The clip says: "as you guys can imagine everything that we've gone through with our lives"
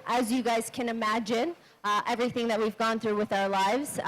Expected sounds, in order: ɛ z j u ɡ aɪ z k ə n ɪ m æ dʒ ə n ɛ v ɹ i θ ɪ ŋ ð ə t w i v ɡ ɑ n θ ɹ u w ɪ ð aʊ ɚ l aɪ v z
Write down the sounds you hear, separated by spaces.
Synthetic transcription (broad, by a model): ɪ z j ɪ ɡ aɪ z k ə n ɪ m æ dʒ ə n ɛ v ɹ i θ ɪ ŋ ð ə t w i v ɡ ɑ n θ ɹ u w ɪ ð aʊ ɚ l aɪ v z